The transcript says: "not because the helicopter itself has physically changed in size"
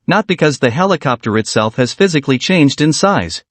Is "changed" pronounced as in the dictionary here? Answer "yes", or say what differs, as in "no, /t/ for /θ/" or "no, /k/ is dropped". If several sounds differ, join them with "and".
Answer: yes